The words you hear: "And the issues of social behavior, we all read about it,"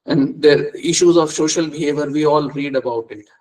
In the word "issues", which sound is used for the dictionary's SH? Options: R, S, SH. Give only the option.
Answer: SH